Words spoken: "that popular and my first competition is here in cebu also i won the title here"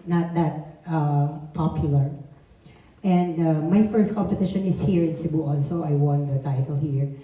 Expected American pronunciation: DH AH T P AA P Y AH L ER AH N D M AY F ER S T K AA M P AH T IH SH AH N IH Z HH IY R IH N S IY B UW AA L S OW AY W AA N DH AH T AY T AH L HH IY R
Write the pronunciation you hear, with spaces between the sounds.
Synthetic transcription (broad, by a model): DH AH T P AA P Y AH L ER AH N D M AY F ER S T K AA M P AH T IH SH AH N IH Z HH IY R IH N S IY B UW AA N S OW AY W AA N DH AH T AY T AH L HH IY R